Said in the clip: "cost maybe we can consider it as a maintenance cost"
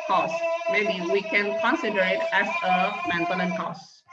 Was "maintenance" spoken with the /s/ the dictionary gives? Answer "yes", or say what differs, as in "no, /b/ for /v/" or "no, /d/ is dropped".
no, /s/ is dropped